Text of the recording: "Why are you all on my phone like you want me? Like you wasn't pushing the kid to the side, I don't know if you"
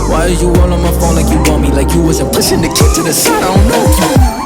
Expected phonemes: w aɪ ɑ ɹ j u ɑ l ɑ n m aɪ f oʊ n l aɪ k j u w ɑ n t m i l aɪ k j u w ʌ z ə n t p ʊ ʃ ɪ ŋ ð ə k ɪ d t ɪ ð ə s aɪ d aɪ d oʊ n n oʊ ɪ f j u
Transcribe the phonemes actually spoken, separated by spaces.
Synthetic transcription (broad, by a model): w aɪ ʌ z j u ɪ w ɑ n m aɪ f oʊ n l aɪ k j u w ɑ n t m i l aɪ k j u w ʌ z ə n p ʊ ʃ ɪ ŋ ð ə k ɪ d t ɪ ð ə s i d aɪ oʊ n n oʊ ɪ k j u